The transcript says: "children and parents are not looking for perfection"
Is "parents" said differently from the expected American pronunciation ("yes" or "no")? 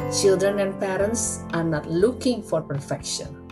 no